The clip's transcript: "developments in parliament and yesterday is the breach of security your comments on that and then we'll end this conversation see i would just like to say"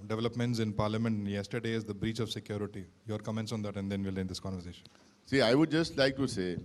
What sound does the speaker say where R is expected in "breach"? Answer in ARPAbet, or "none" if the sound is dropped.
R